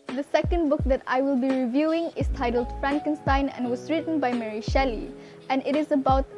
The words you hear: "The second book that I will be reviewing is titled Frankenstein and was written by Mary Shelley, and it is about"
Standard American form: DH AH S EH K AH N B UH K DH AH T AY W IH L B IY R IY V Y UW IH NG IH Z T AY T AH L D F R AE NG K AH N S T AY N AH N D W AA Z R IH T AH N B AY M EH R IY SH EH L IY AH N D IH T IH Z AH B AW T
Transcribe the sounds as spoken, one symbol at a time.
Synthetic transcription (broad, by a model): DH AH S EH K AH N B UH K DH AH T AY W IH L B IY R IY V Y UW IH NG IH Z T AY T AH L D F R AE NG K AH N S T AY N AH N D W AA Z R IH T AH N B AY M EH R IY SH EH L IY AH N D IH T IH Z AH B AW T